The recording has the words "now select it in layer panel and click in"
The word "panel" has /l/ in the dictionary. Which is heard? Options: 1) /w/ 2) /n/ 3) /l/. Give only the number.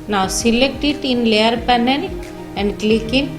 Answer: 2